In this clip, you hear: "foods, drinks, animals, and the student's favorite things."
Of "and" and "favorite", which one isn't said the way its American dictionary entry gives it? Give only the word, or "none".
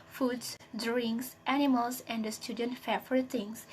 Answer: favorite